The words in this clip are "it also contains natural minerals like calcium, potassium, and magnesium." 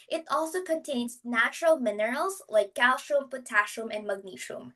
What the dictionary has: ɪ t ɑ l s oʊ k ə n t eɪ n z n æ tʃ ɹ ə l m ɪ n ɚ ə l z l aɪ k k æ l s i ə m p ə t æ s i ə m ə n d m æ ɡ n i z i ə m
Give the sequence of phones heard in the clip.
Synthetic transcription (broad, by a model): ɪ t ɑ l s oʊ k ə n t eɪ n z n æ tʃ ɹ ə l m ɪ n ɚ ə l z l aɪ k k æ l ʃ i m p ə t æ ʃ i m ə n d m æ ɡ n i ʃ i m